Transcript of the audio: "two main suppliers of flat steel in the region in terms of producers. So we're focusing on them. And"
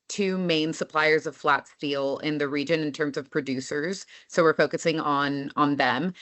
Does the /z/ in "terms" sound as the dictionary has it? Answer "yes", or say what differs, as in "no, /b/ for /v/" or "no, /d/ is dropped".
yes